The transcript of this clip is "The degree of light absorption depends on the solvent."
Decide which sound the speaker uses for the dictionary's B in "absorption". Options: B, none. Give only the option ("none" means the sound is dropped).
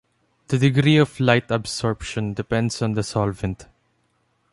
B